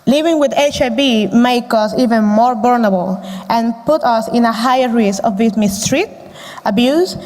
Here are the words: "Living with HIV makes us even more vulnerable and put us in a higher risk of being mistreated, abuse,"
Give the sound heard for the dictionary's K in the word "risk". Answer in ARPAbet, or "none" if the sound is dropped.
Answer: none